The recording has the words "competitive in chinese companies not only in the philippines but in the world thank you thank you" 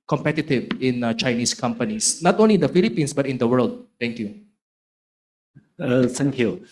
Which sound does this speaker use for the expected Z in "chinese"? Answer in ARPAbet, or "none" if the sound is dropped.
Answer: S